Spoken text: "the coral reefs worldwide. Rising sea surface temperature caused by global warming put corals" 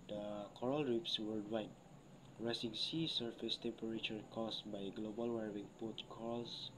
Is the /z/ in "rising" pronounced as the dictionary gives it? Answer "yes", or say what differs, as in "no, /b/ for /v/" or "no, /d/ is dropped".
no, /s/ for /z/